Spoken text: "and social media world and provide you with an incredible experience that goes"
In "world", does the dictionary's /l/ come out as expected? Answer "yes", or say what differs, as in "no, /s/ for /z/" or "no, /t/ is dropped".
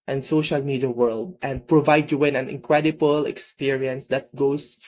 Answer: yes